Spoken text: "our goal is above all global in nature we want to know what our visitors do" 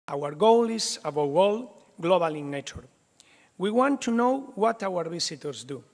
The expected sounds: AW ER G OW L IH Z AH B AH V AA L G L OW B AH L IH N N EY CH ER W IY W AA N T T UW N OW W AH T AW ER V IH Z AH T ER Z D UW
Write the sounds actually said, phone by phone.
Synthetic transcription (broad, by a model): AW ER G OW L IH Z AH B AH W AA L G L OW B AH L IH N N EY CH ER W IY W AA N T T UW N OW W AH T AW ER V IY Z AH T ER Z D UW